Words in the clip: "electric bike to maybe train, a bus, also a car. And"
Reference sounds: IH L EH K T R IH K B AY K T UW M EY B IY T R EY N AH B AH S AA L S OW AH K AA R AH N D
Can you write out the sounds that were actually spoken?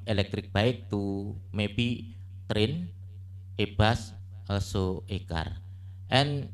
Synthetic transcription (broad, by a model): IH L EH K T R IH K B AY K T UW M EY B IY T R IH N AH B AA S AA S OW AH K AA R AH N